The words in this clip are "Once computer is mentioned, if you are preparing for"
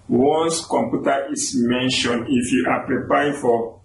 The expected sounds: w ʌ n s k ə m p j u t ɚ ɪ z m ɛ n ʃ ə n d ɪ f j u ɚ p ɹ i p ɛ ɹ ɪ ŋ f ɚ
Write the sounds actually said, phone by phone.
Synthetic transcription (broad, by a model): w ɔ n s k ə m p j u t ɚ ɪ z m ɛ n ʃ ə n ɪ f j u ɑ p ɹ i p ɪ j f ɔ